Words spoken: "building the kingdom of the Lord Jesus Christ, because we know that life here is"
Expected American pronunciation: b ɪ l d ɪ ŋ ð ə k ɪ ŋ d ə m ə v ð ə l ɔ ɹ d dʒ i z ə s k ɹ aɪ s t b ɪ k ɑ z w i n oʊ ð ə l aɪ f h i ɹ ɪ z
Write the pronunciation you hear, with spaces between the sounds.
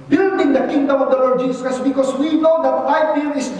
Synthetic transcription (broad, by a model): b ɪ l d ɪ ŋ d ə k ɪ ŋ d ə m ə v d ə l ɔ ɹ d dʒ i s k aɪ s b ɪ k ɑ s w i n oʊ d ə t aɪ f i l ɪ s